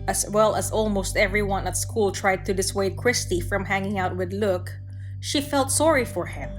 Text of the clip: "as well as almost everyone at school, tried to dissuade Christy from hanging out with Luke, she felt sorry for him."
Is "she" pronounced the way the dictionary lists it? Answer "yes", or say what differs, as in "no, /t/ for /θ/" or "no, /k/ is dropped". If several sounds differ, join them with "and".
yes